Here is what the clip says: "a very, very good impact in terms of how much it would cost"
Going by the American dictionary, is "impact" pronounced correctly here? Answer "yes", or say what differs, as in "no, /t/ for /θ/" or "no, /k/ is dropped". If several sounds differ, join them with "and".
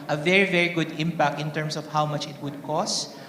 yes